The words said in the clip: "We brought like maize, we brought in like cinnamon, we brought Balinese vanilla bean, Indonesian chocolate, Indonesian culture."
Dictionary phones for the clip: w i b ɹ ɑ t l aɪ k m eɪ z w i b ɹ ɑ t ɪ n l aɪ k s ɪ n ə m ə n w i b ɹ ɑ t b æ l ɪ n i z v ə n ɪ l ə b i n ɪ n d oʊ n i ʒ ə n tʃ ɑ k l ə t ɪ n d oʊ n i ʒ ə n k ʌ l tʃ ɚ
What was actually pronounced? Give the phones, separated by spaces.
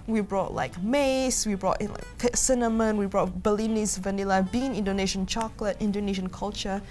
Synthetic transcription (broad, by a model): w i b ɹ ɑ t l aɪ k m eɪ s w i b ɹ ɑ t ɪ n l aɪ k s ɪ n ə m ə n w i b ɹ ɑ t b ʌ l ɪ n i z v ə n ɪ l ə b i n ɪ n d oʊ n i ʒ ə n tʃ ɑ k l ə t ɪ n d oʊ n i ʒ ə n k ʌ l tʃ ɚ